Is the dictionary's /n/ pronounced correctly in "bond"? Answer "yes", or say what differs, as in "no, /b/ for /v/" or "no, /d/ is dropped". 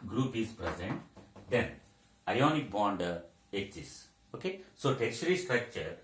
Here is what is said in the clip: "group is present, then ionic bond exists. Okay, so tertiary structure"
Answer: yes